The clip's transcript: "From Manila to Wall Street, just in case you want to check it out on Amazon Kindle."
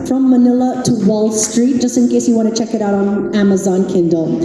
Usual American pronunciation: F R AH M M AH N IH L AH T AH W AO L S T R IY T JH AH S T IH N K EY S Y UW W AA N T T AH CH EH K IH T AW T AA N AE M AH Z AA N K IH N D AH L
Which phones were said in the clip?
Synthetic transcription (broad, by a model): F R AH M M AH N IH L AH T AH W AO L S T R IY T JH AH S T IH N K EY S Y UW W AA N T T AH CH EH K IH T AW T N AE M AH Z AA N K IH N D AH L